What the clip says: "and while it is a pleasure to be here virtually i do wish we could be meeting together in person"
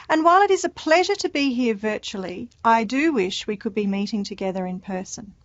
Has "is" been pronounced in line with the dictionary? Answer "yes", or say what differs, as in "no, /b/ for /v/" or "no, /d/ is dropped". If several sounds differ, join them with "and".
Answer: yes